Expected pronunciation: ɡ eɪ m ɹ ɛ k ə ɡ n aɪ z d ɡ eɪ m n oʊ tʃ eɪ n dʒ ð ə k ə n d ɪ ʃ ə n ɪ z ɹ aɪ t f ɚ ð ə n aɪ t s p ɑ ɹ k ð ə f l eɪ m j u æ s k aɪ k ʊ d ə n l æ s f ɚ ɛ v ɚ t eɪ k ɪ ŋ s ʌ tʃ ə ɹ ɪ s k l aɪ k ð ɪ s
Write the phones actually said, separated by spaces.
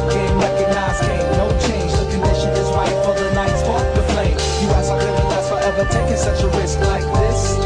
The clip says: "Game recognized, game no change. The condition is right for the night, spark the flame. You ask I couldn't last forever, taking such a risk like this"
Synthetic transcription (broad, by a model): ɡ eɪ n ɹ ɛ k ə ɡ n aɪ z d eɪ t n oʊ tʃ eɪ n dʒ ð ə k ə n d ɪ ʃ ə n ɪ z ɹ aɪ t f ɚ ð ə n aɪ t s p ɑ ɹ ð ə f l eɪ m j u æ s aɪ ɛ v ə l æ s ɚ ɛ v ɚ t eɪ k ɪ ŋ s ʌ tʃ ə ɹ ɪ s k l aɪ k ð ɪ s